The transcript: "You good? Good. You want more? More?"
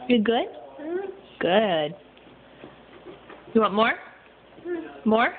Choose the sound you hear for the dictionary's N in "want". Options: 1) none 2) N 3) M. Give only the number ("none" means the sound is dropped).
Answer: 1